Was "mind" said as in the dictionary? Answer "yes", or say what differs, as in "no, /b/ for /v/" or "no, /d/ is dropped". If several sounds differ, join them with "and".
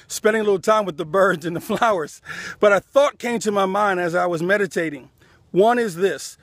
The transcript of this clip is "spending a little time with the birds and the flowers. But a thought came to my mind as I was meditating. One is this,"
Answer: yes